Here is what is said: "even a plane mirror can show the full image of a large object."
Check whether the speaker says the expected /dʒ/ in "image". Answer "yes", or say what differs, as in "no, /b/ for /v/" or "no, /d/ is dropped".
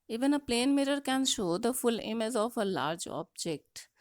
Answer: no, /z/ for /dʒ/